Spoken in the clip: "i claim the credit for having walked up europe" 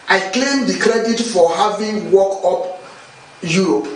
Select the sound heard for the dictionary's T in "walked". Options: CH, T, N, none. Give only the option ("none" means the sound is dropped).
none